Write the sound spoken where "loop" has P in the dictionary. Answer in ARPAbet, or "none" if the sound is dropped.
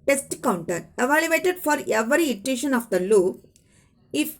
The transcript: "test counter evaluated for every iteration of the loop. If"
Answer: none